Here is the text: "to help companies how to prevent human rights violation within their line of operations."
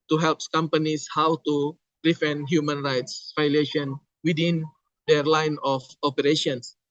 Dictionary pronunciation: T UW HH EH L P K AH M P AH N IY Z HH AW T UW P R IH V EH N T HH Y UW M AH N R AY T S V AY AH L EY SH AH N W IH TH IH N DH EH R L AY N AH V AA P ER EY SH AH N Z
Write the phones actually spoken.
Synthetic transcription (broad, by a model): T UW HH EH L P K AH M P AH N IY S HH AW T UW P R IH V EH N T HH Y UW M AH N R AY T S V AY L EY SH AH N W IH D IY N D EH R L AY N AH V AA P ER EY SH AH N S